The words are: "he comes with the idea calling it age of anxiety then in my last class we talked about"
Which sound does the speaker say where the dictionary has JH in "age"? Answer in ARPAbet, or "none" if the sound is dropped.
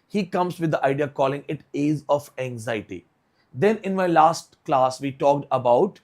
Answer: Z